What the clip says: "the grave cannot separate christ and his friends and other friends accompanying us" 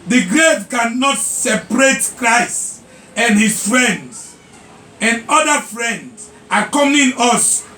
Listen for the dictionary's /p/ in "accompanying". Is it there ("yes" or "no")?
no